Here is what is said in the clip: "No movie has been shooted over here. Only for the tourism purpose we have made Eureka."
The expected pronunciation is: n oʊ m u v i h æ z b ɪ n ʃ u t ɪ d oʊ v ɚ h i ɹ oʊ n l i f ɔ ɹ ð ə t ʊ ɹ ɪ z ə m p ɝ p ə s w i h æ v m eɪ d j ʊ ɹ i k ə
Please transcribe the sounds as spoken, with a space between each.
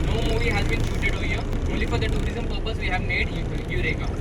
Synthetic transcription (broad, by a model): n oʊ m u v i h æ z b ɪ n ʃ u t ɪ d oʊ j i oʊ l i f ɔ ɹ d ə t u ɹ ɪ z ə m p ɝ p ə s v i h æ v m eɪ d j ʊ ɹ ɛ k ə